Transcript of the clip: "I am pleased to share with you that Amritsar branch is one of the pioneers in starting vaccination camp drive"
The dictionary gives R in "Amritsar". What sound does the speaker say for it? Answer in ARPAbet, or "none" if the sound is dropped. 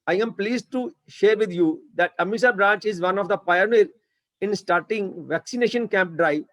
none